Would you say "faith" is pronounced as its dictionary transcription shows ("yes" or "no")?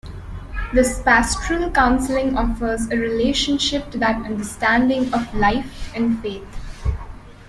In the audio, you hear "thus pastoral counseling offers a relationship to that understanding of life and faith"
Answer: no